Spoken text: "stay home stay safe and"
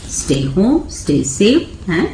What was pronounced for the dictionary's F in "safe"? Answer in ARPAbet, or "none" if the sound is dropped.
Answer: none